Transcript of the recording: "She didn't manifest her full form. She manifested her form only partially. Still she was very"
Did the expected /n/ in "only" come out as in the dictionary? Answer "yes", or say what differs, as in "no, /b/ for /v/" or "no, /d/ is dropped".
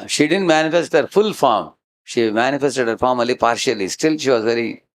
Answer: no, /n/ is dropped